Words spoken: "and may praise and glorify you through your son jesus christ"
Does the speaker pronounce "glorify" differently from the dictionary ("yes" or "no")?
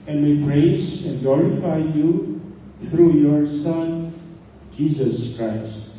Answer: no